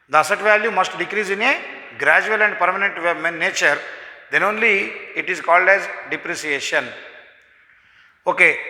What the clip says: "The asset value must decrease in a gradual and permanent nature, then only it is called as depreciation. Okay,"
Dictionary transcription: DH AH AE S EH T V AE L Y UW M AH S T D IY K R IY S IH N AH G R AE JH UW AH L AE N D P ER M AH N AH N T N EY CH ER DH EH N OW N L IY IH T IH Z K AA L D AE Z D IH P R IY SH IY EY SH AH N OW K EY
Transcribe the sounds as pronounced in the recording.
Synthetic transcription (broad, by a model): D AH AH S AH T V AE L Y UW M AH S T D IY K R IY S IH N AH G R AE JH UW AH L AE N D P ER M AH N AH N T N EY CH ER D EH N OW N L IY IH T IH Z K AA L D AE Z D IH P R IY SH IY EY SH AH N OW K EY